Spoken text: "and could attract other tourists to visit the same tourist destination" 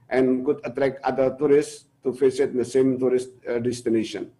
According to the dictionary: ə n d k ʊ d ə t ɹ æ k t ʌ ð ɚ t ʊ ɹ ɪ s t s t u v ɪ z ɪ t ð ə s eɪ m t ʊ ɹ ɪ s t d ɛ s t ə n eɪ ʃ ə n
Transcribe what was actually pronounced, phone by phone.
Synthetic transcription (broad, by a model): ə n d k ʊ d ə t ɹ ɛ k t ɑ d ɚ t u ɹ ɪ s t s t u f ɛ s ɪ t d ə s eɪ m t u ɹ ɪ s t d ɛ s t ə n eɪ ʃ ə n